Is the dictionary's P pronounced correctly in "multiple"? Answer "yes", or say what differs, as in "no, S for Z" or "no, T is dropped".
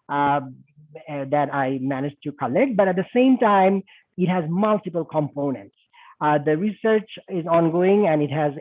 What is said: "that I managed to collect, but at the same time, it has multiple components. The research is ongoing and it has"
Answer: yes